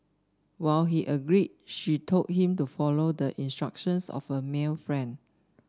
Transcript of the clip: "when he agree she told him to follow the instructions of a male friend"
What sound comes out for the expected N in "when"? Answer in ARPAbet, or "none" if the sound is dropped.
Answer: L